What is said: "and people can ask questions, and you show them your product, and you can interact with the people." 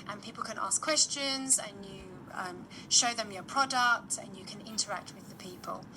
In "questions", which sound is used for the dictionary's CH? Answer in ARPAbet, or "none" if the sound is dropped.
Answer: CH